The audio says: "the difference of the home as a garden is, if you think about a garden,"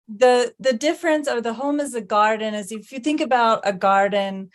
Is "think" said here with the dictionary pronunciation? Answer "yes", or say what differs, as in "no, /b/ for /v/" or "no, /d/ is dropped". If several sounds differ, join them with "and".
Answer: yes